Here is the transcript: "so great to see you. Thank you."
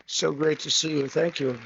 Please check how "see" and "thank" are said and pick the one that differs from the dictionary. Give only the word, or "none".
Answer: none